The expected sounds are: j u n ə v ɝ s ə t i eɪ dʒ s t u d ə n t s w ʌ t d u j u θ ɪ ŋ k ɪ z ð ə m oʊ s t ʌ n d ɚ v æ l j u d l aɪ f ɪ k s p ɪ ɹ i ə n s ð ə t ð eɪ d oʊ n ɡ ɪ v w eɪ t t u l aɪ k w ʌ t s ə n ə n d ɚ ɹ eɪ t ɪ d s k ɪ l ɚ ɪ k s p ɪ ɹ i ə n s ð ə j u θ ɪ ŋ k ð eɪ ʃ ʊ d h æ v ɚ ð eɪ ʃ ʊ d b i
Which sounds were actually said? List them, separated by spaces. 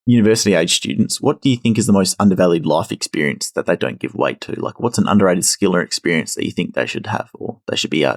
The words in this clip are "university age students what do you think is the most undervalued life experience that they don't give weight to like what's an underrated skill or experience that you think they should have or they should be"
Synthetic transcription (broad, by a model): j u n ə v ɝ s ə t i eɪ dʒ s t u d n t s w ʌ t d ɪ j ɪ θ ɪ ŋ k ɪ z ð ə m oʊ s t ʌ n d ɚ v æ l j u d l aɪ f ɪ k s p ɪ ɹ i ə n s ð ə t ð eɪ d oʊ n ɡ ɪ v w eɪ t t u l aɪ k w ʌ t s n ə n d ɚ ɹ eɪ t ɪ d s k ɪ l ɚ ɪ k s p ɪ ɹ i ə n s ð ə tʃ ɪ θ ɪ ŋ k ð eɪ ʃ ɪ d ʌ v ɚ ð eɪ ʃ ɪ d b i